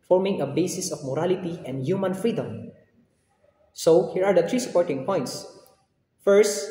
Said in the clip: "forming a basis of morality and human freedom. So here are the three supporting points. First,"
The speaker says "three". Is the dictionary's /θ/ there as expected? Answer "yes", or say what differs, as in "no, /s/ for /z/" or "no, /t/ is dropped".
no, /t/ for /θ/